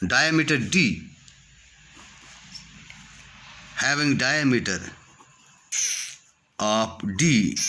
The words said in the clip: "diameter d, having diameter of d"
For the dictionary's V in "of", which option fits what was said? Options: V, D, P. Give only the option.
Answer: P